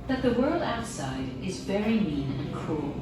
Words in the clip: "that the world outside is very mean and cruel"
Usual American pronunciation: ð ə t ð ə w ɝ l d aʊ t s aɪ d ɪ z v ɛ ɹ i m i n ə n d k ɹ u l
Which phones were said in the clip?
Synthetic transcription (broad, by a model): ð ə t ð ə w ɝ l d aʊ t s aɪ d ɪ z v ɛ ɹ i m i n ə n k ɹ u l